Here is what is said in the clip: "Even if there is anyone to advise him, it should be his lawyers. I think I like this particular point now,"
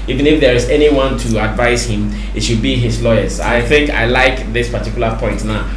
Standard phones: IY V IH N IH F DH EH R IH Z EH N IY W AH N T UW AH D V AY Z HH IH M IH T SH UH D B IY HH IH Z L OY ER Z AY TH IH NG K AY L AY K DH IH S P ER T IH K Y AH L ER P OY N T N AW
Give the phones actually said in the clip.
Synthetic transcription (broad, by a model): IY V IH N IH F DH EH R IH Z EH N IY W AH N T UW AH D V AY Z HH IH M IH T SH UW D B IY HH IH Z L OY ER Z AY TH IH NG K AY L AY K DH IH S P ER T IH K Y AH L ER P OY N T N AW